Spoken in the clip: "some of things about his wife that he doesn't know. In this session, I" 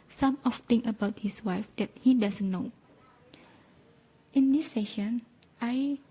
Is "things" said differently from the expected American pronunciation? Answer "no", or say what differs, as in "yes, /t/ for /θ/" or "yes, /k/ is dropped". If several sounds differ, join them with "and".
yes, /z/ is dropped